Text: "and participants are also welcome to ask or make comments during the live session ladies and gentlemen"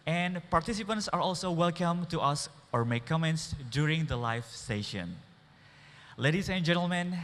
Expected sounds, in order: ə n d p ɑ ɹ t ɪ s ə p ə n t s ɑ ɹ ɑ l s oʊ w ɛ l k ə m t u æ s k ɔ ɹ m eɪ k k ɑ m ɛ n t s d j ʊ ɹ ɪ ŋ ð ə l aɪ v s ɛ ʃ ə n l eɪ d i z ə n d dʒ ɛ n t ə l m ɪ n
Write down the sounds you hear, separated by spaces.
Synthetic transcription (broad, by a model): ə n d p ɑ ɹ t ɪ s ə p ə n t s ɑ ɹ ɑ l s oʊ w ɛ l k ə m t u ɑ s ɔ ɹ m eɪ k k ɑ m ɛ n t s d j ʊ ɹ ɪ ŋ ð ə l aɪ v s ɛ ʃ ə n l eɪ d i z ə n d dʒ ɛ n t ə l m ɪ n